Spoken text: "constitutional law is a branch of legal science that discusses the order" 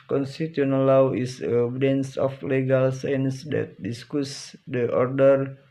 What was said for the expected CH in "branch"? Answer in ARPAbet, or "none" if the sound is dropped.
S